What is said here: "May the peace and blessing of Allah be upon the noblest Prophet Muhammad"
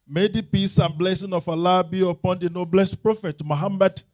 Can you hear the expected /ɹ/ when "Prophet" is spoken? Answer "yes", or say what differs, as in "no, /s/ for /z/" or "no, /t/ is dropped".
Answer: yes